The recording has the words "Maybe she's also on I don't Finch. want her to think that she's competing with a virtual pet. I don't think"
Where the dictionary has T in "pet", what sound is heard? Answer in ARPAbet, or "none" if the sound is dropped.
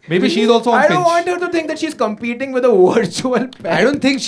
none